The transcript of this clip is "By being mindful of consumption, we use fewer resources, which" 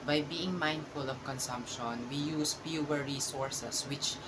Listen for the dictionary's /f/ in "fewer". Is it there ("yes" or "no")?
no